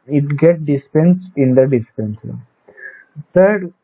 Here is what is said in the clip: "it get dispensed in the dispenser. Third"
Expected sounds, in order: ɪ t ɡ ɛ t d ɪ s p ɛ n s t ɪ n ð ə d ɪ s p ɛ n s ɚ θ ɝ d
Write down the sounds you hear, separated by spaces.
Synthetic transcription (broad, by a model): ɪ t ɡ ɛ t d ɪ s p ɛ n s ɪ n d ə d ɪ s p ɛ n s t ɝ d